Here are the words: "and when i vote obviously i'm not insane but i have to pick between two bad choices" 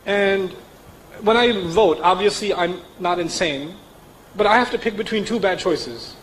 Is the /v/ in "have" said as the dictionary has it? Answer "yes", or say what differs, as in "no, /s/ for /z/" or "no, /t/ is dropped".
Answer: no, /f/ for /v/